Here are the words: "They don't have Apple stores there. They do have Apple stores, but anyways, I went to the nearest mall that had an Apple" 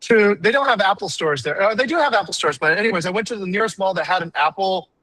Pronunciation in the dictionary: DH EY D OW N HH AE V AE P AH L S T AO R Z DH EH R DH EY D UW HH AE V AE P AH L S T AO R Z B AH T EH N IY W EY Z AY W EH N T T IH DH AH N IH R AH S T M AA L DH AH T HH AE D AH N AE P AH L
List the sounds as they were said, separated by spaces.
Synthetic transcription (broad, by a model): DH EY D OW N HH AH V AE P L S T AO R Z DH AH R DH EY D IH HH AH V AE P L S T AO R Z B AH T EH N IY W EY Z AY W EH N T T IH DH AH N IH R AH S T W AA L DH AH T HH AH D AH N AE P L